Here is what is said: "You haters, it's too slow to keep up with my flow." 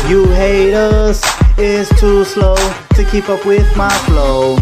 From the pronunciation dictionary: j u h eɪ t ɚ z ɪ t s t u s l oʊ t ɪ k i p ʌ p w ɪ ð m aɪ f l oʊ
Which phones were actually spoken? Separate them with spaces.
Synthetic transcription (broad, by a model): j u h eɪ t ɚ s ɪ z t u s l oʊ t ɪ k i p ʌ p w ɪ ð m aɪ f l oʊ